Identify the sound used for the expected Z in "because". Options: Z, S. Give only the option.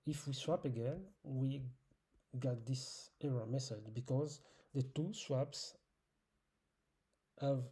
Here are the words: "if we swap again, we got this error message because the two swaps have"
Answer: Z